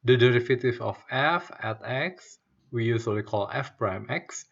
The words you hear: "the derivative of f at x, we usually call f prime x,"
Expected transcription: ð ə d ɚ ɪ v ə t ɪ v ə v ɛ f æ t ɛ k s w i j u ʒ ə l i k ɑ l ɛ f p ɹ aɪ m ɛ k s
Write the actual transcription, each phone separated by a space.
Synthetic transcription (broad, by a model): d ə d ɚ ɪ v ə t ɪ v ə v ɛ f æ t ɛ k s w i j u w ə w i k ɑ l ɛ f p ɹ aɪ m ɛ k s